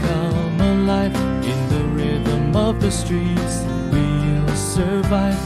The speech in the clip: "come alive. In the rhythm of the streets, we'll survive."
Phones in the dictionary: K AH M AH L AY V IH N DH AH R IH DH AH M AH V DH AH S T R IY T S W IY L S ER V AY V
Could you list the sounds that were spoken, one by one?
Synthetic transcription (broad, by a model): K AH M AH L AY F IH N DH AH R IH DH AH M AH V DH AH S T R IY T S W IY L S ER V AY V